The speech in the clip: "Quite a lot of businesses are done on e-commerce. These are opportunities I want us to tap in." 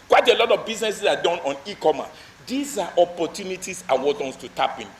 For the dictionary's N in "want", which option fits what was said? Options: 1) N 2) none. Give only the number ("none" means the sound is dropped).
2